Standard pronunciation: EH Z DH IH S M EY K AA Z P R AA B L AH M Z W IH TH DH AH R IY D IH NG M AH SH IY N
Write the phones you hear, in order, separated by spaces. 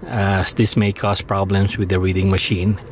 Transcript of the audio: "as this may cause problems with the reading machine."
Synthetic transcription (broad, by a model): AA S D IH S M EY K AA S P R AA B L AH M S W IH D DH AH R IY D IH NG M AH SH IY N